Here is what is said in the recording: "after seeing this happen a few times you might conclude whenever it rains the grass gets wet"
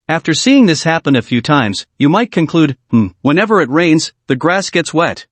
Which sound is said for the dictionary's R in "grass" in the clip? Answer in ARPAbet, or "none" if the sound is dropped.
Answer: R